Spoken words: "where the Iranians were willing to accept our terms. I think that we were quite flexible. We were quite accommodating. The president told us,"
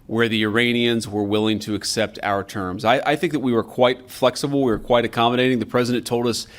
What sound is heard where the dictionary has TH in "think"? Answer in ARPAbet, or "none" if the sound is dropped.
TH